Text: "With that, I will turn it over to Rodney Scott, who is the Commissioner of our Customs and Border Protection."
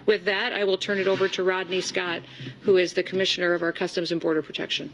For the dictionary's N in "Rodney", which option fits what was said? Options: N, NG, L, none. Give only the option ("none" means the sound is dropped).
N